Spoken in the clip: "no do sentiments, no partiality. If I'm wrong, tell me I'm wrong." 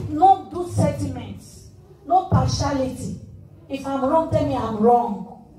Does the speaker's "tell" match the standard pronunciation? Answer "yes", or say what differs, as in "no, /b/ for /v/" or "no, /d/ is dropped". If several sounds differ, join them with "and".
no, /n/ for /l/